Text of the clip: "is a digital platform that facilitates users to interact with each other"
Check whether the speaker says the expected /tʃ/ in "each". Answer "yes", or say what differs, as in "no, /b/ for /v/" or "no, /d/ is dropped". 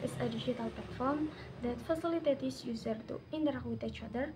yes